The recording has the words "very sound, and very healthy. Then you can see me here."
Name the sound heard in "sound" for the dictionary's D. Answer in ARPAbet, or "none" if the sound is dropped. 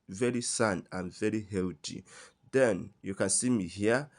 none